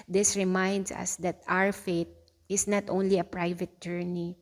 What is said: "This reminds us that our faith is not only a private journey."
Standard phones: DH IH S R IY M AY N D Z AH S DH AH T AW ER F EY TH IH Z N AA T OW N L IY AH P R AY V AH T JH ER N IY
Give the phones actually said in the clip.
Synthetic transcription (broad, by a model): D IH S R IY M AY N D S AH S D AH T AW ER F EY T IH S N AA T OW N L IY AH P R AY V AH T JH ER N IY